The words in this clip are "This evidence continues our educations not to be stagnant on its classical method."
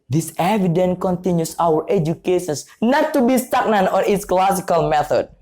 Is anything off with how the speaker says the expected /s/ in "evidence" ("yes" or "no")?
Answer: yes